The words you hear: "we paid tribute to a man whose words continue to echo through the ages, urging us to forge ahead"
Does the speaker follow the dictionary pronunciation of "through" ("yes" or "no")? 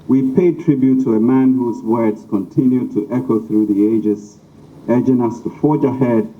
yes